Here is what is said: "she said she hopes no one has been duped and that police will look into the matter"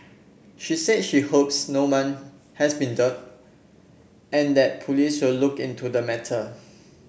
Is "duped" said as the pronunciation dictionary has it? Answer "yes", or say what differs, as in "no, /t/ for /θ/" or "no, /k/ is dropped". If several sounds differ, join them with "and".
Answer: no, /p/ is dropped